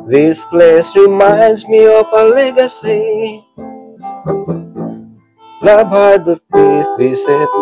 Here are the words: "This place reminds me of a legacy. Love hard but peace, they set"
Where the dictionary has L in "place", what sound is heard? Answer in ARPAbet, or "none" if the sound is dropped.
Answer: L